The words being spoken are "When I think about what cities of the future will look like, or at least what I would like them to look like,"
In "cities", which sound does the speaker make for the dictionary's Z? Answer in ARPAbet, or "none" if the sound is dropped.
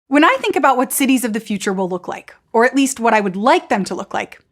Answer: Z